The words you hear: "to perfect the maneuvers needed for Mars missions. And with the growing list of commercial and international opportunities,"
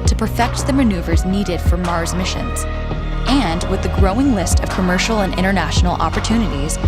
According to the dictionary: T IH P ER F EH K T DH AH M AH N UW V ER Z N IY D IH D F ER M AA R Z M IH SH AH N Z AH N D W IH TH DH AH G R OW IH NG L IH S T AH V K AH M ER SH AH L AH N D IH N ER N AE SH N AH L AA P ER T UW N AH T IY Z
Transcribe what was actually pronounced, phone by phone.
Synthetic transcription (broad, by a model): T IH P ER F EH K T DH AH M AH N UW V ER Z N IY D IH D F ER M AA R Z M IH SH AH N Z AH N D W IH DH AH G R OW IH NG L IH S T AH V K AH M ER SH L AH N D IH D ER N AE SH N L AA P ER T UW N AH T IY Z